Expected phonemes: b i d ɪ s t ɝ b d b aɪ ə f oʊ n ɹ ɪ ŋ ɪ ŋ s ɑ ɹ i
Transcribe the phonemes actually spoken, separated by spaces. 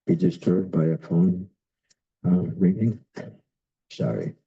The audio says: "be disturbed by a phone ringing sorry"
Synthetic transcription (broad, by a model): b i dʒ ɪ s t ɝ d b aɪ ə f oʊ n ɹ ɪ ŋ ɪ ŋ s ɑ ɹ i